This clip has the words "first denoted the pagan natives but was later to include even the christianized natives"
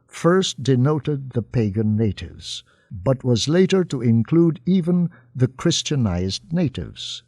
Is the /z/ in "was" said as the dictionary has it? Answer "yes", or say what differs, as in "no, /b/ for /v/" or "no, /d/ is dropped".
yes